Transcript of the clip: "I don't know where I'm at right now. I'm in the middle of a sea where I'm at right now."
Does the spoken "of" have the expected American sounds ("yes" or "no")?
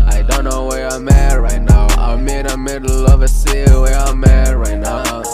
yes